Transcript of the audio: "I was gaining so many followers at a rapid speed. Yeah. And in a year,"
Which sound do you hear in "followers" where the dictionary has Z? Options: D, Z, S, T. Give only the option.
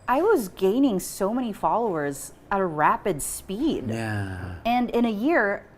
Z